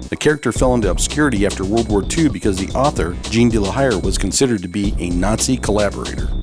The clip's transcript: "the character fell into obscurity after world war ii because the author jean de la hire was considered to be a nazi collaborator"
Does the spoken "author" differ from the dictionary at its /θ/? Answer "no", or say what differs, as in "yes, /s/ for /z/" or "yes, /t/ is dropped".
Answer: no